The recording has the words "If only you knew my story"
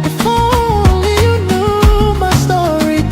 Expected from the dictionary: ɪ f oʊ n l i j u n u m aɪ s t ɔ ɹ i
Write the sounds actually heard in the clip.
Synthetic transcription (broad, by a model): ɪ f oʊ l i j u n u m aɪ s t ɔ ɹ i